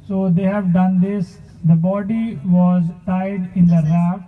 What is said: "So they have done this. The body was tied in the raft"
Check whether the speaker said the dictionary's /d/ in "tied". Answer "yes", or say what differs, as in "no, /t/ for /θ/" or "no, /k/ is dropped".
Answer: yes